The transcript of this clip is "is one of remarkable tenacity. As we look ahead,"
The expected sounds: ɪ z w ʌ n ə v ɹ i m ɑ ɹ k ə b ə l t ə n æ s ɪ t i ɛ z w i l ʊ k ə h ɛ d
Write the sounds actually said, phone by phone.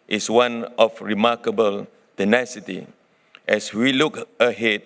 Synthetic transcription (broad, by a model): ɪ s w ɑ n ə f ɹ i m ɑ k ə b ə l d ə n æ s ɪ t i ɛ s w i l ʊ k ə h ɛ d